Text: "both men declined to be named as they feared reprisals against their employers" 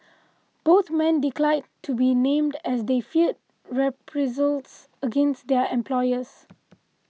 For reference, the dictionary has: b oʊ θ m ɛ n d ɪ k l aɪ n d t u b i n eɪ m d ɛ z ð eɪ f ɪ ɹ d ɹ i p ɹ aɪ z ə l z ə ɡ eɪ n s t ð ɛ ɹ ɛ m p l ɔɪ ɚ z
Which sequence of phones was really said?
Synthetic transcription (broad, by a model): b oʊ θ m ɛ n d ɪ k l aɪ d t u b i n eɪ m d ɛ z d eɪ f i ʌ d ɹ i p ɹ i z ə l s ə ɡ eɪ n s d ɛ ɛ m p l ɔɪ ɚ s